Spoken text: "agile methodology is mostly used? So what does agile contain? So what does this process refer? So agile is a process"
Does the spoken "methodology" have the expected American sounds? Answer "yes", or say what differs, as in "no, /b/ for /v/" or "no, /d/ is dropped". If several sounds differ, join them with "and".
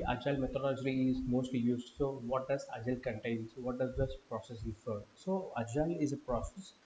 no, /t/ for /θ/